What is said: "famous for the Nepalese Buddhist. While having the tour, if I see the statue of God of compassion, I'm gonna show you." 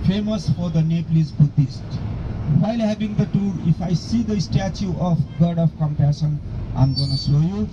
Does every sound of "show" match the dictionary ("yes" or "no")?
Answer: no